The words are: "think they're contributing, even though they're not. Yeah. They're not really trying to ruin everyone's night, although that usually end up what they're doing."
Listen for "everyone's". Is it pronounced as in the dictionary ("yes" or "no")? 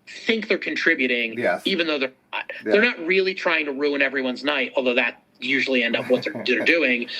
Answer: yes